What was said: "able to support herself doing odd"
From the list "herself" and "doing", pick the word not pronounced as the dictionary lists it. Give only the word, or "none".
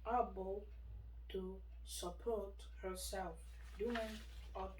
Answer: none